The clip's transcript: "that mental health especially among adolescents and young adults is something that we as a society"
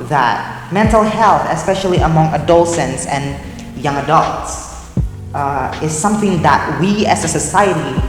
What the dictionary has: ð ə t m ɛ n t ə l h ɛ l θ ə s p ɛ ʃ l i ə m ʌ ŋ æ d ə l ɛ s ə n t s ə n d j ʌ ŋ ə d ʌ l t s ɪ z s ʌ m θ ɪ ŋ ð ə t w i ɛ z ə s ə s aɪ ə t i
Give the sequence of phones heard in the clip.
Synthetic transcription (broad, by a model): ð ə t m ɛ n t l h ɛ l θ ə s p ɛ ʃ l i ə m ʌ ŋ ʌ d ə l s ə n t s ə n j ʌ ŋ ə d ʌ l t s ɪ z s ʌ m θ ɪ ŋ ð ə t w i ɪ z ə s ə s aɪ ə t i